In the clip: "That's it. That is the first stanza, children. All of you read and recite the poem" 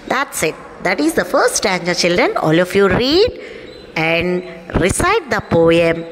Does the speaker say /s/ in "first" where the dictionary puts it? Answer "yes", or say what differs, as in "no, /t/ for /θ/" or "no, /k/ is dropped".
no, /s/ is dropped